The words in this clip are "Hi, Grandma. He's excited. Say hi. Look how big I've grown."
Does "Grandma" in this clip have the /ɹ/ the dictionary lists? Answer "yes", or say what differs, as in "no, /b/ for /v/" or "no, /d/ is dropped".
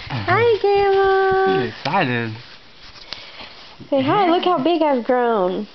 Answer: no, /ɹ/ is dropped